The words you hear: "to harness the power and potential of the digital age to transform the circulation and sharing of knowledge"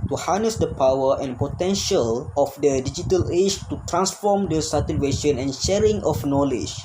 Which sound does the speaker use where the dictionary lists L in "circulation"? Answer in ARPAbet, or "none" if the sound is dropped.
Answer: W